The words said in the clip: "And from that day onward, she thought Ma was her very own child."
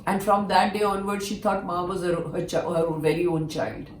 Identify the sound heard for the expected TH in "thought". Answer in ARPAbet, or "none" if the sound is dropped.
T